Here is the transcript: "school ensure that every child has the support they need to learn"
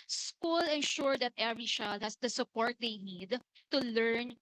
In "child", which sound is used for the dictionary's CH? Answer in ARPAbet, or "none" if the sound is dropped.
SH